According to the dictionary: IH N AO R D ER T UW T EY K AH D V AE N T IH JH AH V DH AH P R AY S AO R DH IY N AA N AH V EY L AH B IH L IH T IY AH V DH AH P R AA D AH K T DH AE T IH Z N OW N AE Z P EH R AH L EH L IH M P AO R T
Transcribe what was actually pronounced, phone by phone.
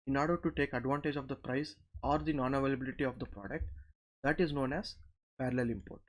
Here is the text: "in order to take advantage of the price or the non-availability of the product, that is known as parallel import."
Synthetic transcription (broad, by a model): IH N AO R D ER T UW T EY K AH D V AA N T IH JH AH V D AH P R AY S AO R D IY N AA N AH V EY L AH B IH L IH T IY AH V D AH P R AA D AH K T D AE T IH Z N OW N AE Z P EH R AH L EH L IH M P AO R T